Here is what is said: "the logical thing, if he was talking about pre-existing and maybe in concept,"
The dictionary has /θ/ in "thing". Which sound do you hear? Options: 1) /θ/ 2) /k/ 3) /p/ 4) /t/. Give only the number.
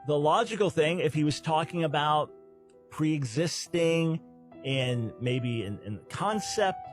1